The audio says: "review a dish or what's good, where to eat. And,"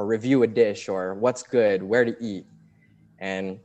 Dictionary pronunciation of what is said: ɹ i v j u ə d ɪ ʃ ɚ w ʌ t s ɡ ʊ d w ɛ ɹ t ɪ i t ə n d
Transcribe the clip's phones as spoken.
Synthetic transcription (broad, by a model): ɹ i v j u ə d ɪ ʃ ɚ w ʌ t s ɡ ʊ d w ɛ ɹ t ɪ i t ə n